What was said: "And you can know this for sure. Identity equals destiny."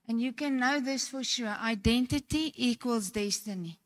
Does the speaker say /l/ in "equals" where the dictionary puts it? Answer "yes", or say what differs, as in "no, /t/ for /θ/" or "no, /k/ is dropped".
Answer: yes